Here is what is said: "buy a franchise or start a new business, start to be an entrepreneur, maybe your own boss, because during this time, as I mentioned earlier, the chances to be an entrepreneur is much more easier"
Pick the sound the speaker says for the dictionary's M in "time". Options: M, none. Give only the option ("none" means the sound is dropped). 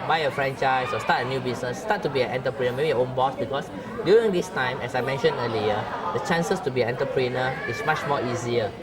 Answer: M